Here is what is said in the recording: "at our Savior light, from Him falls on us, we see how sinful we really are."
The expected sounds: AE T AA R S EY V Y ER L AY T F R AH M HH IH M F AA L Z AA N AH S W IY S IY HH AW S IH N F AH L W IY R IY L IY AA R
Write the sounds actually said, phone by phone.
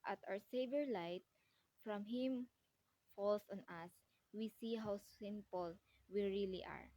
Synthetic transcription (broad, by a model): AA T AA W S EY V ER L AY T F R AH M HH IH M F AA L S AA N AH S W IY S IY HH AW S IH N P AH L W IY R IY L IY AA R